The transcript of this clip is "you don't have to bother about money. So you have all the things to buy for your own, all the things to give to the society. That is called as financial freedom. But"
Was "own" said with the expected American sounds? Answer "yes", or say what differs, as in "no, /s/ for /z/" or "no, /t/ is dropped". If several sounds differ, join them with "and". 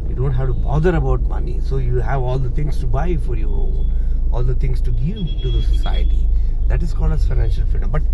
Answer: no, /l/ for /n/